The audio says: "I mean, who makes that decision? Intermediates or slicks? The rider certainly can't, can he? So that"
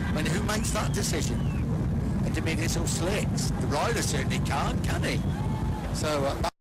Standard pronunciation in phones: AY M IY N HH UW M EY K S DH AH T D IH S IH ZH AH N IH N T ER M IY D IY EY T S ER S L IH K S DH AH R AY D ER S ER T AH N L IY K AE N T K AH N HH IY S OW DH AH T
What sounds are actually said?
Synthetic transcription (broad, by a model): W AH N HH UW M EY K S DH AH T D IH S IH ZH AH N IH N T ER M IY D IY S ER S L IH K S DH AH R AY D ER S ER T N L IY K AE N K AH N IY S OW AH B